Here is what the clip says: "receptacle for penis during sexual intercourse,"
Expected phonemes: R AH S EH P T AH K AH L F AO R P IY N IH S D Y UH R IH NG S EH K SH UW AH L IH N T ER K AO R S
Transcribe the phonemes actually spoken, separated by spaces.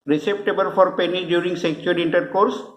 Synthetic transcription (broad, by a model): R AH S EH P T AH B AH L F AO R P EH N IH D Y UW R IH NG S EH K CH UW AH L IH N T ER K AO R S